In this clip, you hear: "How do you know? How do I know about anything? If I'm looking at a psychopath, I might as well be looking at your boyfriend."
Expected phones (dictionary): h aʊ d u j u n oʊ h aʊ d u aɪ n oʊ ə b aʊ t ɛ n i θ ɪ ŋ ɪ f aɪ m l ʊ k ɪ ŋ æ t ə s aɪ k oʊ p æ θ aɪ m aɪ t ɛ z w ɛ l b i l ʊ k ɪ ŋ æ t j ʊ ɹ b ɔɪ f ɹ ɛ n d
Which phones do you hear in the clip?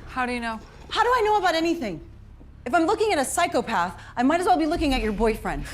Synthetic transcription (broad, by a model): h aʊ d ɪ j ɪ n oʊ h aʊ d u aɪ n oʊ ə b aʊ t ɛ n i θ ɪ ŋ ɪ f aɪ m l ʊ k ɪ ŋ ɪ t ə s aɪ k oʊ p æ θ aɪ m aɪ t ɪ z w ɛ l b i l ʊ k ɪ ŋ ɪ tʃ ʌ ɹ b ɔɪ f ɹ ɛ n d